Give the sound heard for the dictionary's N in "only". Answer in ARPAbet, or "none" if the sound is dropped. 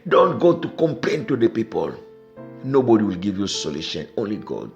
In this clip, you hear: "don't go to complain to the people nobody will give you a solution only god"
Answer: N